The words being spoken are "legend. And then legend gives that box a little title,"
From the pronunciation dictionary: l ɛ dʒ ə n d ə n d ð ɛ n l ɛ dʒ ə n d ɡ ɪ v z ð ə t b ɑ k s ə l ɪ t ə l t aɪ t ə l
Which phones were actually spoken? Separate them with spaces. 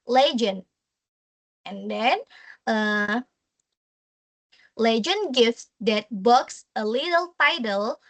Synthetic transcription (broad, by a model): l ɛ dʒ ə n ə n d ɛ n l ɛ dʒ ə n ɡ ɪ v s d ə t b ɑ k s ə l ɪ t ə l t aɪ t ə l